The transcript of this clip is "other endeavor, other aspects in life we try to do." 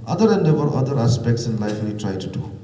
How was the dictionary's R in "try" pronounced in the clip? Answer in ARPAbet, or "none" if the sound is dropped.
R